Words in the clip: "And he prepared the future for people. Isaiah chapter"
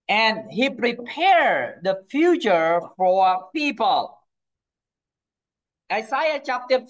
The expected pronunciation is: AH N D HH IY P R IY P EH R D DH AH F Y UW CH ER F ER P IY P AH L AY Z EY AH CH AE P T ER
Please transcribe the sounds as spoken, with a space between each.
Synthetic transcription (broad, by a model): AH N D HH IY P R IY P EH R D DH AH F Y UW CH ER F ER P IY P AH L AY S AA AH CH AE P T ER